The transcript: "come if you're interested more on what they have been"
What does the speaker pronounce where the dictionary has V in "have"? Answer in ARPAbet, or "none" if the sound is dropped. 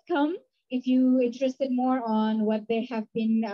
V